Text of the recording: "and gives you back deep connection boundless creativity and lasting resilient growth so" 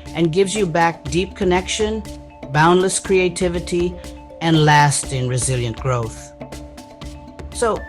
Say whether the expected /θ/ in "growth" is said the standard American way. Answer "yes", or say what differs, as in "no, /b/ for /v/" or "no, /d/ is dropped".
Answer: yes